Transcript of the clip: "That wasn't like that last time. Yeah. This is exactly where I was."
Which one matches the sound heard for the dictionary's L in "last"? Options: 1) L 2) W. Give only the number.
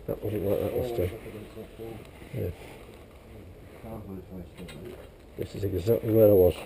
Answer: 2